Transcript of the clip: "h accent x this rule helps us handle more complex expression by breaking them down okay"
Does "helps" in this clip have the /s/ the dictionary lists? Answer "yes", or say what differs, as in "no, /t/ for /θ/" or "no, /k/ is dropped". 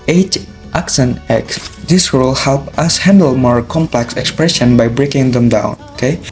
no, /s/ is dropped